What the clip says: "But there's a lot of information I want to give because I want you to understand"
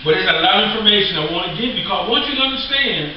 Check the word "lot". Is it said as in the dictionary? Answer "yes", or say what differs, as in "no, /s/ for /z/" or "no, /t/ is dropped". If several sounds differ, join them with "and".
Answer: no, /t/ is dropped